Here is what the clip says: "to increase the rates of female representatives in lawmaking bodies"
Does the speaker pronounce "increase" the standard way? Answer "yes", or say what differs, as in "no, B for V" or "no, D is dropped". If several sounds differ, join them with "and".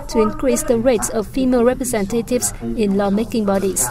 yes